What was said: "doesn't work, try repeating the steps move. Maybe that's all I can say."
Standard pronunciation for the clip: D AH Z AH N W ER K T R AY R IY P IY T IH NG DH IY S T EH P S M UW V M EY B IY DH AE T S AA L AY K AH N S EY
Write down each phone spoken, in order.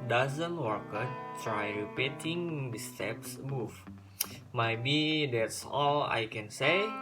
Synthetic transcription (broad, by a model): D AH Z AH N W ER K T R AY R IY P IY T IH NG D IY S T EH P S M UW F M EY B IY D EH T S AA L AY K AH N S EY